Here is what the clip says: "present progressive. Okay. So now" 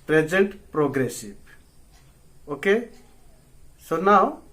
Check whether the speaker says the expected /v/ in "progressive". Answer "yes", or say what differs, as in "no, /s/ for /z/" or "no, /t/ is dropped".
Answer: no, /b/ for /v/